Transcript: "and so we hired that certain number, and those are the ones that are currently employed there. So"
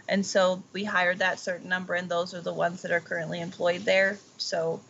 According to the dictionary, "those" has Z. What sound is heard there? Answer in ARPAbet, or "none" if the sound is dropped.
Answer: Z